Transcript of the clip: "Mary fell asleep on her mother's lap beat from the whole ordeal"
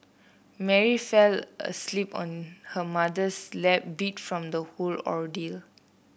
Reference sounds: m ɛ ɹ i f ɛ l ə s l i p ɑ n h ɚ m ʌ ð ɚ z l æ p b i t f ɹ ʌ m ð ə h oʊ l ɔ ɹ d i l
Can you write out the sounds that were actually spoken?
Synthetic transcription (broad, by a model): m ɛ ɹ i f ɛ l ə s l i p ɑ n h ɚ m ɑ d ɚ s l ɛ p b i t f ɹ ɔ m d ə h oʊ l ɔ ɹ d i l